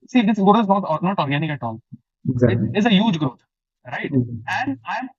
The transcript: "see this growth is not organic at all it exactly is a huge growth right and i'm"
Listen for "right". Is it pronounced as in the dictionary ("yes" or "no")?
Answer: yes